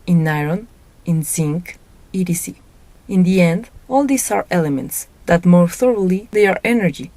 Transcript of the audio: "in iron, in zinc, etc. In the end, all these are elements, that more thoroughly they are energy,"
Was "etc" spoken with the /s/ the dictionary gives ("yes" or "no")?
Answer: no